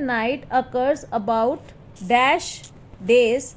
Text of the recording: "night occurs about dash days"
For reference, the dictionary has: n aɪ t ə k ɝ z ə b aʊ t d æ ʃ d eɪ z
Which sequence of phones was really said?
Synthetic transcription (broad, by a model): n aɪ t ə k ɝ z ə b aʊ t d æ ʃ d eɪ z